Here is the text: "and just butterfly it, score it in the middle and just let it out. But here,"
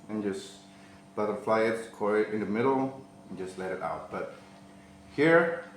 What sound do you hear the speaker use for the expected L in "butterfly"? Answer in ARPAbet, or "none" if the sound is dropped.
L